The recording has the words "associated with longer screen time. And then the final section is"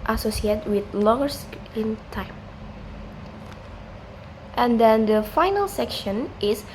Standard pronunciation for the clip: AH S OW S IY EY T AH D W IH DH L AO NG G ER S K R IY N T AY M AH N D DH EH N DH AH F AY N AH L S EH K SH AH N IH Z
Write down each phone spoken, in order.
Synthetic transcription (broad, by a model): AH S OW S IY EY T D W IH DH L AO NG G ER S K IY N T AY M AH N D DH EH N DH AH F AY N AH L S EH K SH AH N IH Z